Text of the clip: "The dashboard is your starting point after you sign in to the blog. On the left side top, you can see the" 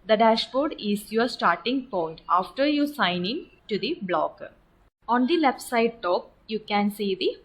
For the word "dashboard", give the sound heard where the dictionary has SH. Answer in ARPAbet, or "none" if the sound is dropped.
SH